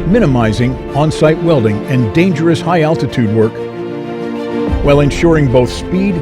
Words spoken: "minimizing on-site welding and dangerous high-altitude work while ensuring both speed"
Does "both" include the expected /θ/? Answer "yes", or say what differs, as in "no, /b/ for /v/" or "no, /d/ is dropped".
yes